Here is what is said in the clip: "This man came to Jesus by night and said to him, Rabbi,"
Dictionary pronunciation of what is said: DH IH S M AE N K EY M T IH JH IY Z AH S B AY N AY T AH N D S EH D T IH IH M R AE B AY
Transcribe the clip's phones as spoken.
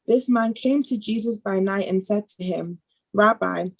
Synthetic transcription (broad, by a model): DH IH S M AE N K EY M T IH JH IY Z AH S B AY N AY T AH N S EH D T IH IH M R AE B AY